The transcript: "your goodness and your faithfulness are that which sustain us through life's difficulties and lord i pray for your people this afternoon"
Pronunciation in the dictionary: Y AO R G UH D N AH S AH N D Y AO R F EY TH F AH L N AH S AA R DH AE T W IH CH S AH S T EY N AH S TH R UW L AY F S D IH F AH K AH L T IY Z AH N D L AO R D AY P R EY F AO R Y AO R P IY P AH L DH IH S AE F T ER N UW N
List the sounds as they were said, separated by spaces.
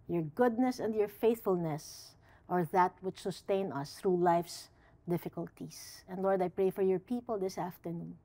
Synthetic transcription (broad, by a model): Y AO R G UH D N AH S AH N D Y AO R F EY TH F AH L N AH S AA R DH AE T W IH CH S AH S T EY N AH S TH R UW L AY F S D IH F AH K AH L T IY S AH N D L AO R D AY P R EY F AO R Y AO R P IY P AH L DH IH S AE F T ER N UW N